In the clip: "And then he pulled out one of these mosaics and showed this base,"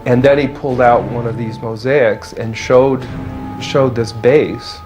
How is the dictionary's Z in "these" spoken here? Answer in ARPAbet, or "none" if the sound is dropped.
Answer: Z